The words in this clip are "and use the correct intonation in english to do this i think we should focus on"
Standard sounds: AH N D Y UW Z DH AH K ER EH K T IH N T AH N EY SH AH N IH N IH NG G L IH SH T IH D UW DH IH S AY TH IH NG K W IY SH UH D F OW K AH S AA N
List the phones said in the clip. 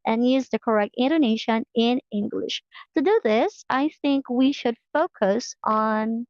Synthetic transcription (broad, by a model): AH N Y UW Z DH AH K ER EH K T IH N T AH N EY SH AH N IH N IH NG G L IH SH T IH D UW DH IH S AY TH IH NG K W IY SH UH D F OW K AH S N